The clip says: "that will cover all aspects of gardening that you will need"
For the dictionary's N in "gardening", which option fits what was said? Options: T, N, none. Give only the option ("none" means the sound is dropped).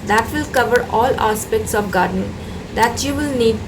none